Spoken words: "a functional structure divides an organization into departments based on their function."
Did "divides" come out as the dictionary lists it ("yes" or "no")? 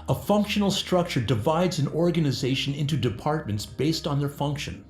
yes